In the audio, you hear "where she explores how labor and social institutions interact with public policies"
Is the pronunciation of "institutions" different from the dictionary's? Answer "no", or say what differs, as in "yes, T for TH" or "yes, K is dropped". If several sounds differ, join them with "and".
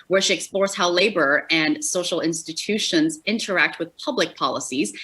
no